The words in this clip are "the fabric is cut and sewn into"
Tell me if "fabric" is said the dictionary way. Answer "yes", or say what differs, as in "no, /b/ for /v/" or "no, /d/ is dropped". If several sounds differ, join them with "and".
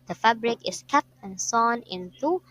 yes